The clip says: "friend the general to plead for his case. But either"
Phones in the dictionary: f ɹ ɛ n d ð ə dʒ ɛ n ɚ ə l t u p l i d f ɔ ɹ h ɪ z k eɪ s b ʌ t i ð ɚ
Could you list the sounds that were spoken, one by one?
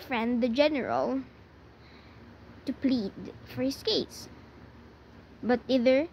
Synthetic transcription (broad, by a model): f ɹ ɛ n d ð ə dʒ ɛ n ɚ ə l t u p l i d f ɔ ɹ h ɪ s k eɪ s b ʌ t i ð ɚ